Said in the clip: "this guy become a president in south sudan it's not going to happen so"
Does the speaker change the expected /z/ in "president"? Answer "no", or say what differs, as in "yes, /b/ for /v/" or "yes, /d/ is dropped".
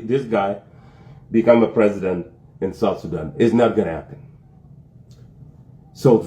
no